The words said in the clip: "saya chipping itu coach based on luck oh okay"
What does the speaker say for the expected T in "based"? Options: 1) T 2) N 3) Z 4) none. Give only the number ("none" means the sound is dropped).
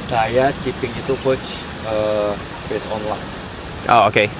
4